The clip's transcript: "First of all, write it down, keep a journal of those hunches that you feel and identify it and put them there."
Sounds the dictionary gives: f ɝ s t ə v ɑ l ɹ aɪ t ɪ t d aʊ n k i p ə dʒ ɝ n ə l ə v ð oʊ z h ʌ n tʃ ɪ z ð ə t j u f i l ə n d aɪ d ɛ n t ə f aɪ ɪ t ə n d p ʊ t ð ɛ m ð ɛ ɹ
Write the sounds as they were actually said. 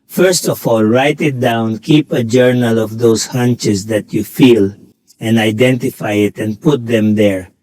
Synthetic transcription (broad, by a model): f ɝ s t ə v ɑ l ɹ aɪ t ɪ t d aʊ n k i p ə dʒ ɝ n ə l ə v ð oʊ s h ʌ n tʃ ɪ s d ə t j u f i l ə n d aɪ d ɛ n t ə f aɪ ɪ t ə n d p ʊ t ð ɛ m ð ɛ ɹ